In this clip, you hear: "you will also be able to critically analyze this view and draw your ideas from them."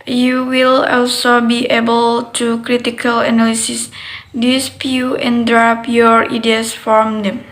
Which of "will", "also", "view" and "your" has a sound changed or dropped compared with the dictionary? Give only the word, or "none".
view